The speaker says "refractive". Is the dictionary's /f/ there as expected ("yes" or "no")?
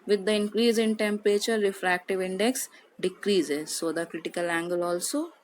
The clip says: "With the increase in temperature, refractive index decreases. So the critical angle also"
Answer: yes